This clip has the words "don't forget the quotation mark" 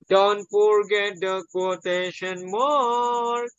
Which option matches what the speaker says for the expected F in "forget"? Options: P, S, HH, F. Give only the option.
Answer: P